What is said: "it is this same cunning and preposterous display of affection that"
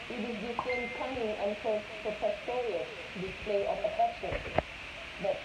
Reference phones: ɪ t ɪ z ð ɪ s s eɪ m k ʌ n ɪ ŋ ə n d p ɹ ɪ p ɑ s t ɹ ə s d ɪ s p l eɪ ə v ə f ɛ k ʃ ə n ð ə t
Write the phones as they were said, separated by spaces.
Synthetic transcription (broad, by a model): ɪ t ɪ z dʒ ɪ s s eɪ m k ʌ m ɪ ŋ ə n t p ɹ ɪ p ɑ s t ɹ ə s d ɪ s p l eɪ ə p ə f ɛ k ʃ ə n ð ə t